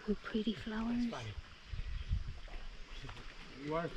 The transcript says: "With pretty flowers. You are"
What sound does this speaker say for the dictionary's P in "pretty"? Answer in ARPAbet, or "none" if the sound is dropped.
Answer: P